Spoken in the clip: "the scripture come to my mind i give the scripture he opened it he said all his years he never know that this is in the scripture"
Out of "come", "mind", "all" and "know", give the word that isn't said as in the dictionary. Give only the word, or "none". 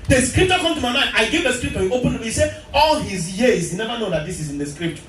none